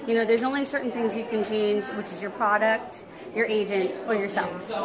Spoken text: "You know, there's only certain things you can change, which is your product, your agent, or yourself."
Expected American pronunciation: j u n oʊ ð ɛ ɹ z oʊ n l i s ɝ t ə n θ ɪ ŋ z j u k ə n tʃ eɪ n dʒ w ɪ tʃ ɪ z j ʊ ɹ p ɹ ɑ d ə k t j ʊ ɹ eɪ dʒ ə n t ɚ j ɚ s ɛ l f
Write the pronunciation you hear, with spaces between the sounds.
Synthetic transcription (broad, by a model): j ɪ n oʊ ð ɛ ɹ z oʊ n l i s ɝ t n θ ɪ ŋ z j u k ə n tʃ eɪ n dʒ w ɪ tʃ ɪ z j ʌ ɹ p ɹ ɑ d ə k t j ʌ ɹ eɪ dʒ ə n t ɚ j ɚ s ɛ l f